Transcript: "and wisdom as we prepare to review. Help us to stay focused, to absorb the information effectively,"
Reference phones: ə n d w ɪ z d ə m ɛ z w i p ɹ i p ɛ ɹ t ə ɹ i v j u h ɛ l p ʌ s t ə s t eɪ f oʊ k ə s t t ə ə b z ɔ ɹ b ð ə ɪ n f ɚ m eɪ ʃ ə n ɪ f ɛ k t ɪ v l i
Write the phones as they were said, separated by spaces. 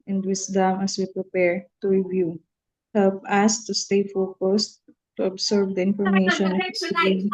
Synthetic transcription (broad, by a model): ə n d w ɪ s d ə m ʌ s w i p ɹ i p ɛ ɹ t ə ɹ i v j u h ɛ l p ʌ s t ə s t eɪ f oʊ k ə s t t ə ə b s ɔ ɹ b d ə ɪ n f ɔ m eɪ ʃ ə n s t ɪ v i